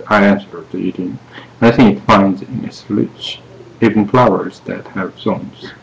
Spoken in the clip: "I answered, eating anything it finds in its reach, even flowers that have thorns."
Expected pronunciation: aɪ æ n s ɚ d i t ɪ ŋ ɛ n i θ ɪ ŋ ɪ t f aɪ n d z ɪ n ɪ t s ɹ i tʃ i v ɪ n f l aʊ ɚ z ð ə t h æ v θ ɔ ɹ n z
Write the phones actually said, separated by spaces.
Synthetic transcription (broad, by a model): aɪ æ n s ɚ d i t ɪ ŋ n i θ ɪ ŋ ɪ t f aɪ n d z ɪ n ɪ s l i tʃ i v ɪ n f l aʊ ɚ z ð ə t h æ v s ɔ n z